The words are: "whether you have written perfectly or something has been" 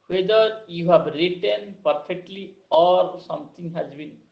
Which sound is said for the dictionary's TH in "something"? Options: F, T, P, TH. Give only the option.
T